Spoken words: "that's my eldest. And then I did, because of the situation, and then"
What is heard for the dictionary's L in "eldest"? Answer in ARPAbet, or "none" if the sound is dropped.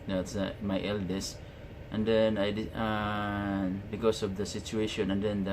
L